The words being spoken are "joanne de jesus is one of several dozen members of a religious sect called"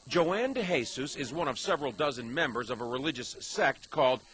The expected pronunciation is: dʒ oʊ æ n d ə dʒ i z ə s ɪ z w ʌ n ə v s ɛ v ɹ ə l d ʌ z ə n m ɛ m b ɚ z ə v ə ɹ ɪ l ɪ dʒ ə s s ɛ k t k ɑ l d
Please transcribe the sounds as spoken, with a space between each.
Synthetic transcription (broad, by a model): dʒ oʊ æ n d ə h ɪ s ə s ɪ z w ʌ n ə v s ɛ v ɹ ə l d ʌ z ə n m ɛ m b ɚ z ə v ə ɹ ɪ l ɪ dʒ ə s s ɛ k t k ɑ l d